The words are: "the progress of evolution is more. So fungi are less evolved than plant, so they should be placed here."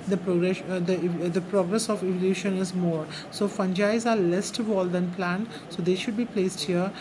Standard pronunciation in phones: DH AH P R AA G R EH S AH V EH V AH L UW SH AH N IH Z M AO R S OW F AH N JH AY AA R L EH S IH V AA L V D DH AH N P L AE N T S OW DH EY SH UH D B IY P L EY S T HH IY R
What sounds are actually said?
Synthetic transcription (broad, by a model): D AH P R AA G R EH S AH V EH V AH L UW SH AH N IH Z M AO R S OW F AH N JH AY AA R L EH S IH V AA L D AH N P L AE N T S OW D EY SH UH D B IY P L EY S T HH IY R